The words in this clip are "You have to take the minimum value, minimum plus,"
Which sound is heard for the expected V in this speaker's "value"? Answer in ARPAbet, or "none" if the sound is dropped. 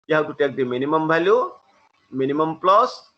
B